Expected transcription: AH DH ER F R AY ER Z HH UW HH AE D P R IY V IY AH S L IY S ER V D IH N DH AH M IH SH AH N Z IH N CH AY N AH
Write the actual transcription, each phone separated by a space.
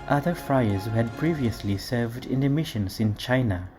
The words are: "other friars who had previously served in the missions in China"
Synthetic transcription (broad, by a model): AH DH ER F R AY ER Z HH UW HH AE D P R IY V IY AH S L IY S ER V D IH N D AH M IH SH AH N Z IH N CH AY N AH